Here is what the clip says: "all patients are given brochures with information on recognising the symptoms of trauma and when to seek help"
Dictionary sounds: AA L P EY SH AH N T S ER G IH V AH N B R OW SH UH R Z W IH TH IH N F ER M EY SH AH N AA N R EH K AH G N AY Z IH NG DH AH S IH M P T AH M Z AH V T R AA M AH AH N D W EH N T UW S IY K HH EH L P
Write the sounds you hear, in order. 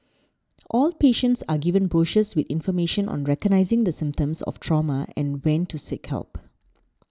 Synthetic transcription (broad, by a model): AA L P EY SH AH N T S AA G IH V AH N B R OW SH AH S W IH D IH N F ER M EY SH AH N AA N R EH K AH G N AY Z IH NG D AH S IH M P T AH M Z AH F T R AA M AH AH N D W EH N T UW S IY K HH EH L P